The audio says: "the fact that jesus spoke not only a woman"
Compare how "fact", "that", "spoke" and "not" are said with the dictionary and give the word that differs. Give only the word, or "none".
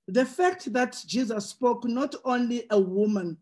none